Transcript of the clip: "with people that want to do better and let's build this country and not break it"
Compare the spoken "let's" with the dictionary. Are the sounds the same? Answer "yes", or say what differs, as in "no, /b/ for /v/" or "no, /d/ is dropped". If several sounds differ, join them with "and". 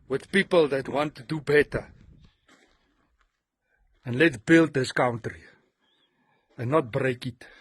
no, /s/ is dropped